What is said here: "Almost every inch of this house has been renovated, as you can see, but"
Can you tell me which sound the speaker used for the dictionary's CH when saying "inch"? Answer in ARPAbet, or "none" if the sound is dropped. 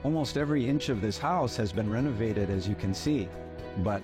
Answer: CH